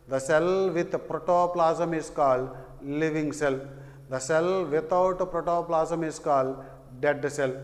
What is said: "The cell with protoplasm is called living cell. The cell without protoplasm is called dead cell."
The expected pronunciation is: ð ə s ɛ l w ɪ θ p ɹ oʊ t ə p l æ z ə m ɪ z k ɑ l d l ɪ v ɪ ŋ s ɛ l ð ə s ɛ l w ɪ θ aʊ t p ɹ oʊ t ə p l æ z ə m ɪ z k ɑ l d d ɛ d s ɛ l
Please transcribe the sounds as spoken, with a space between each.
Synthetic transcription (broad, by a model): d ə s ɛ l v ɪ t p ɹ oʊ t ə p l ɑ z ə m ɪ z k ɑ l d l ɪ v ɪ ŋ s ɛ l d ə s ɛ l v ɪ t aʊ t p ɹ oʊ t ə p l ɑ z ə m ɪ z k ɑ l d d ɛ d s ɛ l